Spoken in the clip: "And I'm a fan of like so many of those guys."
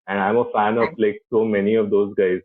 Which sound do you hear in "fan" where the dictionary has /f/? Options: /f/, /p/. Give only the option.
/f/